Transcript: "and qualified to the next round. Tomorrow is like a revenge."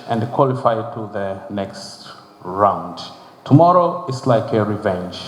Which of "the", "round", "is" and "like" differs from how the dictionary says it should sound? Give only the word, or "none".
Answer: is